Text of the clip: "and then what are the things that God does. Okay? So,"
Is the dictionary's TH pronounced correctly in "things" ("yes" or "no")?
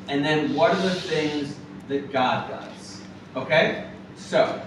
yes